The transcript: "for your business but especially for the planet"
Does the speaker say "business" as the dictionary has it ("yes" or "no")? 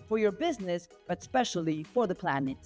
yes